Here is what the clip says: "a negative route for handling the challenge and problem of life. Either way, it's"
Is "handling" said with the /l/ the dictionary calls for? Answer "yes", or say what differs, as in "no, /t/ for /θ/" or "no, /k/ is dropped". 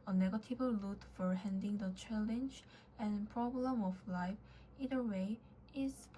no, /l/ is dropped